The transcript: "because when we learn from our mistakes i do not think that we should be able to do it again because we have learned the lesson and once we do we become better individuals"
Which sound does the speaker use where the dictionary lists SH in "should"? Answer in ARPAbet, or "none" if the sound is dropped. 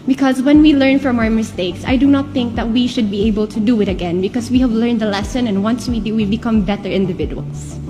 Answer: SH